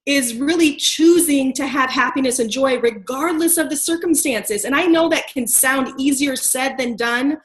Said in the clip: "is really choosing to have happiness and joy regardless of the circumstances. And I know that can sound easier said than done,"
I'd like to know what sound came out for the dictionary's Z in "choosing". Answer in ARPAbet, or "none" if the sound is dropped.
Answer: Z